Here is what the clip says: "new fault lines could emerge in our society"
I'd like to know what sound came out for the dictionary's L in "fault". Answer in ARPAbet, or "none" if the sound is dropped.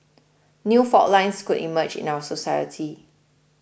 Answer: none